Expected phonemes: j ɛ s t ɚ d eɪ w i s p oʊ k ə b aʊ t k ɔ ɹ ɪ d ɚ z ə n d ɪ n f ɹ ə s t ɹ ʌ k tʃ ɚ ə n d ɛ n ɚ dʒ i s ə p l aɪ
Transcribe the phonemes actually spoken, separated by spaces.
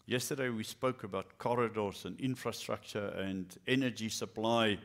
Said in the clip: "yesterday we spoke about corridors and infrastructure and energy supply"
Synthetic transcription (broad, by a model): j ɛ s t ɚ d eɪ w i s p oʊ k ə b aʊ t k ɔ ɹ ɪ d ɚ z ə n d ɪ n f ɹ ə s t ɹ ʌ k tʃ ɚ ə n d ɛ n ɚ dʒ i s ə p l aɪ